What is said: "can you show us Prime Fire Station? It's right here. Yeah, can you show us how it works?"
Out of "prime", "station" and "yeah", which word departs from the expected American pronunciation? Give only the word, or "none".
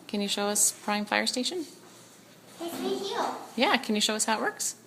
none